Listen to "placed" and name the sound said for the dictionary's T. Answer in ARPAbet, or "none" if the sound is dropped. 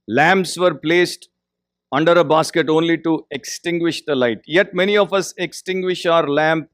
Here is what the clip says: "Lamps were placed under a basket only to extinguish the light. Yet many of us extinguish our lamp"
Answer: T